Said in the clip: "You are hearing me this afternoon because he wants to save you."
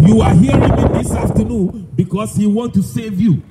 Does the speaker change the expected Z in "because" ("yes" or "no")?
yes